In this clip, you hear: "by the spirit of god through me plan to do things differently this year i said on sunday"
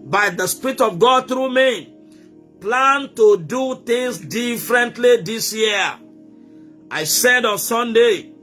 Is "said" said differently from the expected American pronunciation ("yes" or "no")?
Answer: no